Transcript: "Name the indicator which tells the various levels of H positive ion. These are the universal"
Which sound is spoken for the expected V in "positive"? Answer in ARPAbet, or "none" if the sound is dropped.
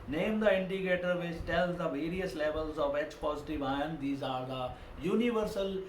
V